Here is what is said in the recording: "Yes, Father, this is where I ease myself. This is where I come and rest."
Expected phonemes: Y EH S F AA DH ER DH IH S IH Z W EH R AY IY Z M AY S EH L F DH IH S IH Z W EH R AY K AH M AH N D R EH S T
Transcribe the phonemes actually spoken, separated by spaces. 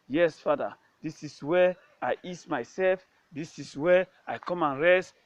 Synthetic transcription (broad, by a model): Y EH S F AA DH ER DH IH S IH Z W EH AY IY S M AY S EH L F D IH S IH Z W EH AY K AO M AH N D R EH S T